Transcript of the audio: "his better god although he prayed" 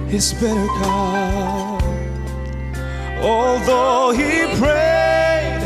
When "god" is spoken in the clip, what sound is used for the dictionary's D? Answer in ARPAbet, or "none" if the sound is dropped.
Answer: none